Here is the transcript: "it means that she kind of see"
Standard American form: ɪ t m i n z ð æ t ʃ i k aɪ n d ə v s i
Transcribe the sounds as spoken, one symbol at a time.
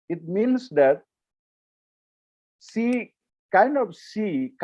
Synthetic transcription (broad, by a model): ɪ t m i n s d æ t s i k aɪ n d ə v s i